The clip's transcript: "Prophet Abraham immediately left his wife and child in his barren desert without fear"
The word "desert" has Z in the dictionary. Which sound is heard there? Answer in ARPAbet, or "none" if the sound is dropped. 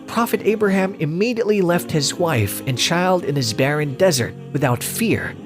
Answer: Z